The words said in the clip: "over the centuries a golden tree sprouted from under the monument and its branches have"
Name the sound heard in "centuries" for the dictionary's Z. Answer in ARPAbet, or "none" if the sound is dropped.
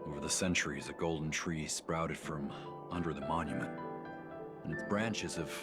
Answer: Z